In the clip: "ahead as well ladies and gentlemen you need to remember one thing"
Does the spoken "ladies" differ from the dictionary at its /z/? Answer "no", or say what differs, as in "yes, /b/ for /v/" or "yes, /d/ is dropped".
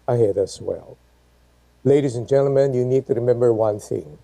no